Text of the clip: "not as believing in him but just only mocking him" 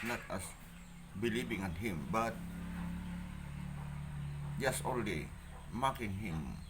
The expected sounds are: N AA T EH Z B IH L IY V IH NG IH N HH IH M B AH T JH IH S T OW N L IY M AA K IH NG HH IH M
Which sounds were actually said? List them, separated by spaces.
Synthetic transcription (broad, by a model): N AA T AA S B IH L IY B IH NG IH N HH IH M B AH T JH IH S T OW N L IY M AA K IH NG HH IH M